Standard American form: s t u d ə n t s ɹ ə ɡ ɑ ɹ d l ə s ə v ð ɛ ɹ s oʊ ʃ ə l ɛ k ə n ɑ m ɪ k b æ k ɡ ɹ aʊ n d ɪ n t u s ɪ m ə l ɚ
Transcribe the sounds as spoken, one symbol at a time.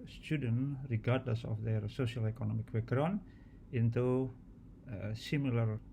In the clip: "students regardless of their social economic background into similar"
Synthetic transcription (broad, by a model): s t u d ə n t ɹ ə ɡ ɑ ɹ d l ə s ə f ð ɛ ɹ s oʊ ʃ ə l ɛ k ə n ɑ m ɪ k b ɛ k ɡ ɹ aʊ n ɪ n t u s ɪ m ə l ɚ